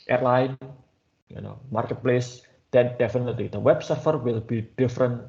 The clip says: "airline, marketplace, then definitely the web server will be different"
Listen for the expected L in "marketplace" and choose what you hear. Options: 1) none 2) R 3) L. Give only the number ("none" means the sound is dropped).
3